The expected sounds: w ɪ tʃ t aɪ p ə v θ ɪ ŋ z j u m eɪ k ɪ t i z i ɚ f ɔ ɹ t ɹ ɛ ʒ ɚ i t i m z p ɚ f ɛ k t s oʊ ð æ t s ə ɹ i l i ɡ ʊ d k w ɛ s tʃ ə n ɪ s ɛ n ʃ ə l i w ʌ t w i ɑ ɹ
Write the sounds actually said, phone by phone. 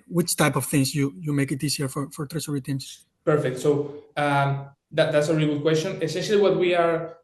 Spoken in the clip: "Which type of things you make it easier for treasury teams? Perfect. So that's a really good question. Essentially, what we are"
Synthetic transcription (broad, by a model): w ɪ tʃ t aɪ p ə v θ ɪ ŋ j j u m eɪ k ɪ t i s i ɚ f ɔ ɹ t ɹ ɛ s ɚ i t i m s p ɚ f ɛ k t s oʊ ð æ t s ə ɹ i l i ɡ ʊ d k w ɛ s tʃ ə n ɪ s ɛ n ʃ ə l i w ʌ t w i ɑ ɹ